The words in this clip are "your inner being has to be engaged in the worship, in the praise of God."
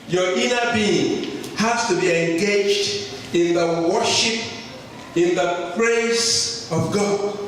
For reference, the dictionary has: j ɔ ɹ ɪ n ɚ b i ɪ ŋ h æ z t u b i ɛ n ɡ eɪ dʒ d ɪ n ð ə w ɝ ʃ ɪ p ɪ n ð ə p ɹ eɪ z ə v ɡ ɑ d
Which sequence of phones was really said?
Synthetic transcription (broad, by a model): j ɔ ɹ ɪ n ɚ b i ɪ ŋ h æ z t u b i ɛ n ɡ eɪ dʒ d ɪ n ð ə w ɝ ʃ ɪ p ɪ n ð ə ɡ ɹ eɪ s ə v ɡ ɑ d